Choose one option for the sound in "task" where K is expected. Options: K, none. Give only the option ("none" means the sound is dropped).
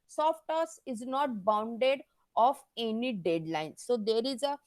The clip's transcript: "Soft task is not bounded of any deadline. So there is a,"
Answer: none